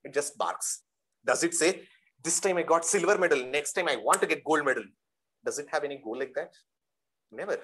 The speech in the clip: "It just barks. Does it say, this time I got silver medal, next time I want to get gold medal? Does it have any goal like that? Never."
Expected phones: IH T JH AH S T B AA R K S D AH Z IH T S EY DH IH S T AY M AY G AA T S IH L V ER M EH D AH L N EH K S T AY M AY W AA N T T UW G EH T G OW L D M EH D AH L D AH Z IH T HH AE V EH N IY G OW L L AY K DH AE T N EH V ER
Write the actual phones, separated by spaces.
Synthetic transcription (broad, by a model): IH T JH AH S T B AA R K S D AH Z IH T S EY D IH S T AY M AY G AA T S IH L V ER M EH D AH L N EH K S T AY M AY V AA N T T UW G EH T G OW L D M EH D AH L D AH Z IH T HH AE V EH N IY G OW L L AY K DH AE T N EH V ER